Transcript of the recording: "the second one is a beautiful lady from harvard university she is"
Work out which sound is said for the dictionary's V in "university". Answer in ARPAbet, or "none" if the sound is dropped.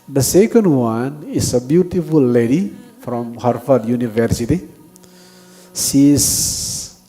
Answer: V